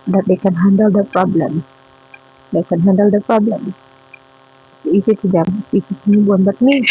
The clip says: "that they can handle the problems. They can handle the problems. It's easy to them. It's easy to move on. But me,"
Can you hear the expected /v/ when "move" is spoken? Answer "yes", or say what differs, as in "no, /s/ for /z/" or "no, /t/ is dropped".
no, /v/ is dropped